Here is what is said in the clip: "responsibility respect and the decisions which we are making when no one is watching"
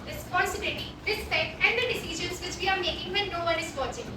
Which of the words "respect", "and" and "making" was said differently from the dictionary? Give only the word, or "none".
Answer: respect